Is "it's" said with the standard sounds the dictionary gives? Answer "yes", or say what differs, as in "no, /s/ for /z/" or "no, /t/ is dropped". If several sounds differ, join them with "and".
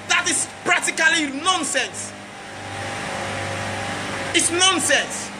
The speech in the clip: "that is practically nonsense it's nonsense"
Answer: yes